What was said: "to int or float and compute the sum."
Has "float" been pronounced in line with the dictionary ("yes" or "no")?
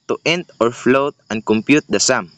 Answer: yes